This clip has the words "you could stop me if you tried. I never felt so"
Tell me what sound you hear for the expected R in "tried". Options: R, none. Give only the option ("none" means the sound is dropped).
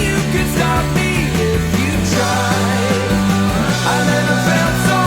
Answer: none